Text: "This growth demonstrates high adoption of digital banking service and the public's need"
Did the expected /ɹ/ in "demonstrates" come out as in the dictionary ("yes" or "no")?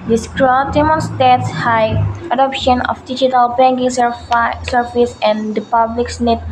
no